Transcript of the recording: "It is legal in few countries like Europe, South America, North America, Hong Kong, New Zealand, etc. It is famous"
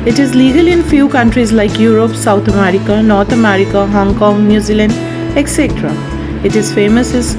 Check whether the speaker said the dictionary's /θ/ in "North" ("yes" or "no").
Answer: no